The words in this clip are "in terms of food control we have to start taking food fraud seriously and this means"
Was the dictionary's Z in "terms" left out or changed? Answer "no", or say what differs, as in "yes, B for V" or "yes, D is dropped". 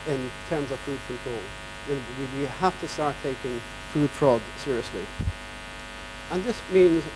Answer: no